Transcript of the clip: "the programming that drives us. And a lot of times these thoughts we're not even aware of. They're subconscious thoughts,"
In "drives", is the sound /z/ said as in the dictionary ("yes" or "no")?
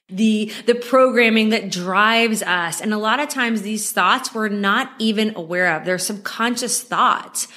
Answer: yes